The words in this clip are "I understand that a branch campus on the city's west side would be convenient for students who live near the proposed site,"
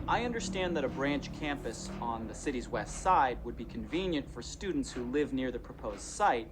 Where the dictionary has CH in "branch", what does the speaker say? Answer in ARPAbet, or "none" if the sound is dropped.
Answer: CH